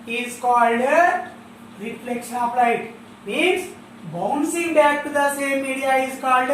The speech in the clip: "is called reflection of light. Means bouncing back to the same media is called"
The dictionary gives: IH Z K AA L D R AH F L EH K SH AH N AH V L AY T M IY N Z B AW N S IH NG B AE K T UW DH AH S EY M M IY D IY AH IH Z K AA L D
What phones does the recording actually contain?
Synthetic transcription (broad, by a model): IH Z K AA L D R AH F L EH K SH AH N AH P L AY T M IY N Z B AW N S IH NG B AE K T UW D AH S EY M M IY D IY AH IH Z K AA L D